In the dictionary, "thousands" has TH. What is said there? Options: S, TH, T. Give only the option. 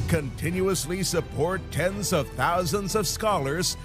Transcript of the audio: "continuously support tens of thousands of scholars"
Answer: TH